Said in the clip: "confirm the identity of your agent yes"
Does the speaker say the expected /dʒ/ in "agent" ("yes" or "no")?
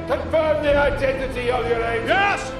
no